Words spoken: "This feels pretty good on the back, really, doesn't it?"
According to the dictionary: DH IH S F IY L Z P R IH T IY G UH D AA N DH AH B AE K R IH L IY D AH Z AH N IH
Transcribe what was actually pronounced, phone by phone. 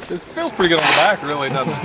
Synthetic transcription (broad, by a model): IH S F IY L P R IH T IY G UH D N DH AH B AE K R IH L IY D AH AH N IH